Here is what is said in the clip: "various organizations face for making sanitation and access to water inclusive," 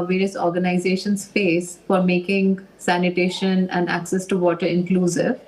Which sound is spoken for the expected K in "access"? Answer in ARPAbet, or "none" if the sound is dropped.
K